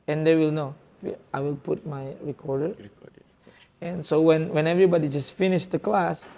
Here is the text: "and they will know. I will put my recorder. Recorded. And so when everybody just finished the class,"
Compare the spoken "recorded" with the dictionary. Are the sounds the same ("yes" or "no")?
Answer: no